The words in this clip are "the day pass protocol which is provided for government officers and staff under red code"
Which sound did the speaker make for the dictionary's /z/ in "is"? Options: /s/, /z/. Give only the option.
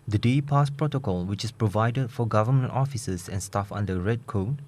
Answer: /s/